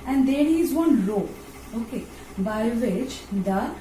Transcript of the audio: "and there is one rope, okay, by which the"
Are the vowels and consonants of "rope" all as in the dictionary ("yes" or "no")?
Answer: no